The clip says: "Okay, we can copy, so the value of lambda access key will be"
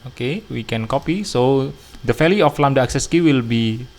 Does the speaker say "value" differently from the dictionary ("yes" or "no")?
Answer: yes